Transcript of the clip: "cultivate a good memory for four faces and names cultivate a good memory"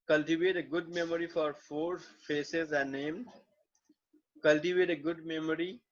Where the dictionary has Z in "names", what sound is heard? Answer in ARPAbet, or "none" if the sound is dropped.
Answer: none